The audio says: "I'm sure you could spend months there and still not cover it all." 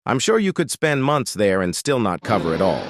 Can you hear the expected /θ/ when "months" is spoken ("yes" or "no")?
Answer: yes